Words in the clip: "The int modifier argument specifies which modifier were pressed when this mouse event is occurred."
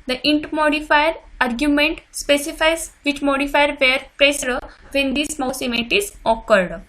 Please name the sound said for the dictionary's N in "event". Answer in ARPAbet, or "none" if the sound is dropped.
none